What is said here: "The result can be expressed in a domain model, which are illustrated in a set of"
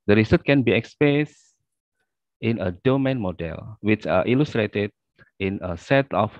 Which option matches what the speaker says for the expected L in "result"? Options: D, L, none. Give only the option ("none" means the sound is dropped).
none